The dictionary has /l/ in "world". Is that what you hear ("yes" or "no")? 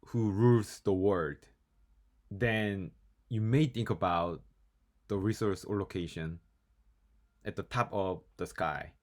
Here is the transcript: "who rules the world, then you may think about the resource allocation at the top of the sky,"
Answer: no